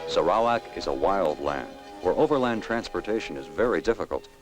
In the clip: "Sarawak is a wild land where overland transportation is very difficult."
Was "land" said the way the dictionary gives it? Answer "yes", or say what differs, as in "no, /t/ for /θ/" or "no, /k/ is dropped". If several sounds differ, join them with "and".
yes